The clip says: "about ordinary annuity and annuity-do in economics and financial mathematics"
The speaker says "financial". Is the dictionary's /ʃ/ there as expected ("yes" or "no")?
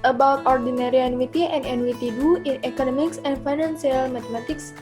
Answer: no